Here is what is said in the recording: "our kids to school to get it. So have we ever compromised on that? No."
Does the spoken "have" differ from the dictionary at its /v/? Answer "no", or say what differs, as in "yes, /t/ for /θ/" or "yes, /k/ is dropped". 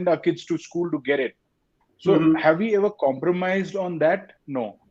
no